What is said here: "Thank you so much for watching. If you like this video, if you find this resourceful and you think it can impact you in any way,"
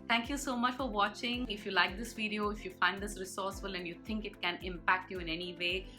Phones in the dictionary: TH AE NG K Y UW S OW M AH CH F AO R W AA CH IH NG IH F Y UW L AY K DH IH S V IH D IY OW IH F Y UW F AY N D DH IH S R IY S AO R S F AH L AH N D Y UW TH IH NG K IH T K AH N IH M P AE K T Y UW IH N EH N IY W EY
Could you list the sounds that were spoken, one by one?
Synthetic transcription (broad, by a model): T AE NG K Y UW S OW M AH CH F AO R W AA CH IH NG IH F Y UW L AY K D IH S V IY D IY OW IH F Y UW F AY N D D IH S R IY S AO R S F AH L AH N D Y UW T IH NG K IH T K AH N IH M P AE K T Y UW IH N EH N IY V EY